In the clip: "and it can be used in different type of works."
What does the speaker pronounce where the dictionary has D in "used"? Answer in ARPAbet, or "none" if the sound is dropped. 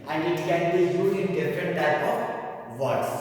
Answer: none